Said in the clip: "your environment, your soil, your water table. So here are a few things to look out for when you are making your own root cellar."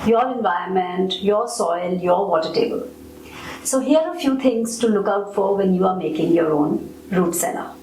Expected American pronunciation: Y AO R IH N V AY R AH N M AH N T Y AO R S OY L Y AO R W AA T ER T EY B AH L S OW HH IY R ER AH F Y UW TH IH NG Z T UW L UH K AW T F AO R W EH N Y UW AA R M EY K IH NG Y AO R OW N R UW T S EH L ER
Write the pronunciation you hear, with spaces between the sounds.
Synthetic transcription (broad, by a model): Y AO R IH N V AY AH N M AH N T Y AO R S OY L Y AO R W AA T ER T EY B AH L S OW HH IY ER AH F Y UW T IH NG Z T UW L UH K AW T F AO R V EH N Y UW AA R M EY K IH NG Y AO R OW N R UW T S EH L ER